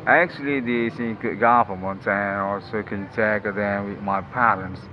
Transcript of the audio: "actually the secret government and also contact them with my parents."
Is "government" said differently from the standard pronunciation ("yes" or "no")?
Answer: yes